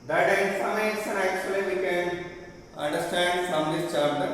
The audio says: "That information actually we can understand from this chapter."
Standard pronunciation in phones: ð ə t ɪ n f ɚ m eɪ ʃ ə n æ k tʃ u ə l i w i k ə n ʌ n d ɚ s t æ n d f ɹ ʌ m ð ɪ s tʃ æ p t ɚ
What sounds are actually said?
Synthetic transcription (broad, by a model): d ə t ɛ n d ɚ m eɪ s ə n æ k tʃ u ə l i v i k ə n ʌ n d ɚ s t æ n d f ɹ ʌ m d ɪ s tʃ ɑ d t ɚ